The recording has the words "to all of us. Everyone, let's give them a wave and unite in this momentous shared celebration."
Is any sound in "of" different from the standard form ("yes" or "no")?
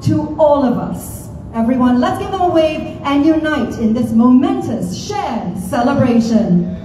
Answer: no